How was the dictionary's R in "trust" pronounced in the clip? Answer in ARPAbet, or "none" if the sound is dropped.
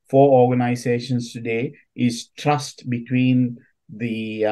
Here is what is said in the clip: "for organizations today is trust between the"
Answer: R